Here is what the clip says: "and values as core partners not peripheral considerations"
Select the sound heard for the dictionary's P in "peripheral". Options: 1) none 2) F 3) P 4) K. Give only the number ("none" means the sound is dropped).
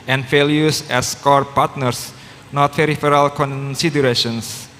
2